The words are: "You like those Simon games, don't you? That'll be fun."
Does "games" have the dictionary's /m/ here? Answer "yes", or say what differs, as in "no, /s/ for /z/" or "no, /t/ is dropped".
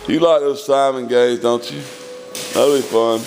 no, /m/ is dropped